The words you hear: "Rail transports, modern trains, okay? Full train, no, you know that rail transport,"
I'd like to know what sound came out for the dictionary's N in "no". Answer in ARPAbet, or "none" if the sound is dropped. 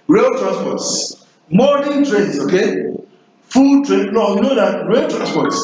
L